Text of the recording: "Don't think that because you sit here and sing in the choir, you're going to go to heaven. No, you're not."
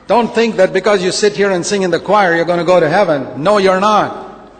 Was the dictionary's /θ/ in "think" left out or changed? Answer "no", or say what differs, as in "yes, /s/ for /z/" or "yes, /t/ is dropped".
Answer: no